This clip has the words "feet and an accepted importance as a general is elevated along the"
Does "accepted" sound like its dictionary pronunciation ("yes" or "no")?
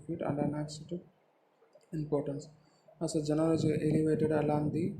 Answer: no